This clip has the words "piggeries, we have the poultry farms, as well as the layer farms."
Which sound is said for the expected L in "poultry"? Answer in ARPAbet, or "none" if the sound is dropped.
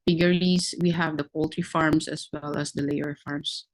L